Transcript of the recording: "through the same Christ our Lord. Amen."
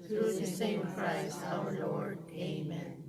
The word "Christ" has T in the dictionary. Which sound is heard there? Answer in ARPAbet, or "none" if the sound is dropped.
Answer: none